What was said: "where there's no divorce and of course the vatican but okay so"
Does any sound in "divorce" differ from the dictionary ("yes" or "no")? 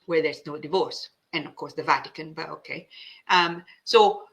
no